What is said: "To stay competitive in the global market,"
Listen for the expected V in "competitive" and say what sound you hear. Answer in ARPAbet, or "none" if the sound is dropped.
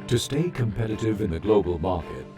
V